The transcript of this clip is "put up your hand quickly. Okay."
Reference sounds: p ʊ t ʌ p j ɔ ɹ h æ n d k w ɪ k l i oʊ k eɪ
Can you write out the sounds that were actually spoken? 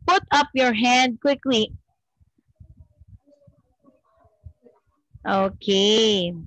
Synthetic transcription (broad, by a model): p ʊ t ʌ p j ɔ ɹ h æ n d k w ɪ k l i oʊ k eɪ